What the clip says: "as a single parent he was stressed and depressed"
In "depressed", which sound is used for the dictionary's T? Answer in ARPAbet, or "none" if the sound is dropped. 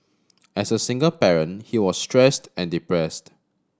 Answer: T